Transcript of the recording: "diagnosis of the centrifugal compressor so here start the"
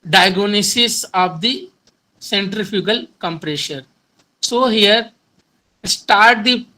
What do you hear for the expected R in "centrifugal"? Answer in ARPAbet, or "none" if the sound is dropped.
R